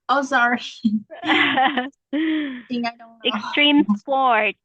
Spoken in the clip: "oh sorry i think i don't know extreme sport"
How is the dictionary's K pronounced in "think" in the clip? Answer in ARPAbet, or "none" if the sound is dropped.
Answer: none